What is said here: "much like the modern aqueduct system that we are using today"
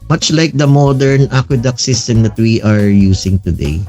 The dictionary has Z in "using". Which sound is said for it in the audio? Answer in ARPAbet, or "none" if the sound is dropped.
S